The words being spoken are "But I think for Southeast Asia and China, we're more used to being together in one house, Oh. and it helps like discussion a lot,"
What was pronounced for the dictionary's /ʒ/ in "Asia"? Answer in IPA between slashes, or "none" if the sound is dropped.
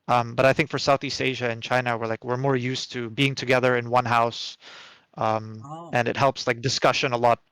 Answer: /ʒ/